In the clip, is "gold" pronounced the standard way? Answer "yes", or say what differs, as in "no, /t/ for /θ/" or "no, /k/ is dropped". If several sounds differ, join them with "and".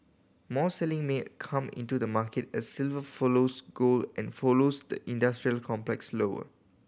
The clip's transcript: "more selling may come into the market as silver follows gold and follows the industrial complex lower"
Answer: no, /d/ is dropped